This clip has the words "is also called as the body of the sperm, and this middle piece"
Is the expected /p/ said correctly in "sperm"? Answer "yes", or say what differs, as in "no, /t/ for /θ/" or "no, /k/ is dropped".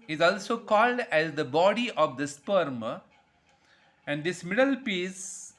yes